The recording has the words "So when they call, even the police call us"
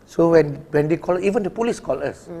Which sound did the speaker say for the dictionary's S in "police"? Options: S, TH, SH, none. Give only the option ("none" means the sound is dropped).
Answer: S